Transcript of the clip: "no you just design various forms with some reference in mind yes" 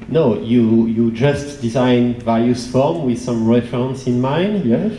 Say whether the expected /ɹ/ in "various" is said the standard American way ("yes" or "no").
no